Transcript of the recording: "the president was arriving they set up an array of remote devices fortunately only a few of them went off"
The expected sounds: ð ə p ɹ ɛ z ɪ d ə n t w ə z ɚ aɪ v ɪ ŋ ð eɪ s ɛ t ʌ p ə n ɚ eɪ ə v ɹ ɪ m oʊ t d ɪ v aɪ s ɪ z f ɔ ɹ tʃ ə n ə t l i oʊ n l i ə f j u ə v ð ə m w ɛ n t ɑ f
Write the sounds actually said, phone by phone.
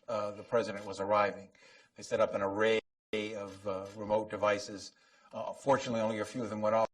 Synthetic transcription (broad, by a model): ð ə p ɹ ɛ z ɪ d ə n t w ə z ɚ aɪ v ɪ ŋ ð eɪ s ɛ t ʌ p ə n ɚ eɪ ə v ɹ ɪ m oʊ t d ɪ v aɪ s ɪ z f ɔ ɹ tʃ ə n ə t l i oʊ n l i ə f j u ə v ð ə m w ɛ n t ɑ